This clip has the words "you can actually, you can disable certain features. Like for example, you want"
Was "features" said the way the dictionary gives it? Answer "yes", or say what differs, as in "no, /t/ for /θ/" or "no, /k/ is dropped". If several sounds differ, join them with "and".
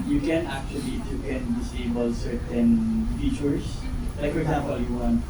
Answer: no, /s/ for /z/